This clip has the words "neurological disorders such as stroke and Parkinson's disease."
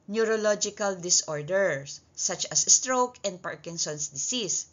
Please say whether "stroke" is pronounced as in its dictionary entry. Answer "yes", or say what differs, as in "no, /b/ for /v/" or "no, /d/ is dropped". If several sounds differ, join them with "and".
yes